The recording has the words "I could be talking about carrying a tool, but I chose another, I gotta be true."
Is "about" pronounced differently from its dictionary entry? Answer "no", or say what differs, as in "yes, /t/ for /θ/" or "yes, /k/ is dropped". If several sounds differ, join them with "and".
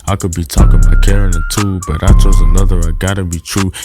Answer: yes, /b/ is dropped